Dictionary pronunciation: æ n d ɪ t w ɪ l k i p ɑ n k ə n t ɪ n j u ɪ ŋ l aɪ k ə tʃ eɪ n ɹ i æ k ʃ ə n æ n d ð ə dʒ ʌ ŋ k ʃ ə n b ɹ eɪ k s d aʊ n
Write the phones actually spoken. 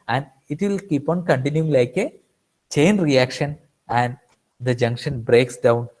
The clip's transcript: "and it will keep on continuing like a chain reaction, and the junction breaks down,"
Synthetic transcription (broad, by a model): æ n d ɪ t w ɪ l k i p ɑ n k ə n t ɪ n j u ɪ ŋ l aɪ k ə tʃ eɪ n ɹ i æ k ʃ ə n æ n d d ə dʒ ʌ ŋ k ʃ ə n b ɹ eɪ k s d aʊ n